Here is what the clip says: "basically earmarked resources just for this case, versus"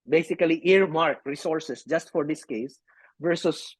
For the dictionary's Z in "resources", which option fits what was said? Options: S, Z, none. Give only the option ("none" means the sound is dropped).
S